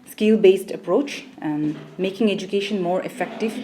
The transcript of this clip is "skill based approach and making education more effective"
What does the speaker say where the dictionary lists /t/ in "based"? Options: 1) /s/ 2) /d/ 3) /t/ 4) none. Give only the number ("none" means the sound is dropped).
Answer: 3